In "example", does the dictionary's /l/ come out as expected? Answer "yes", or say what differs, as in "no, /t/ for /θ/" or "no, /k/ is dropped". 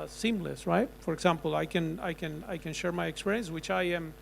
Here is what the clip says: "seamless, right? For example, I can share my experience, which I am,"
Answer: no, /n/ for /l/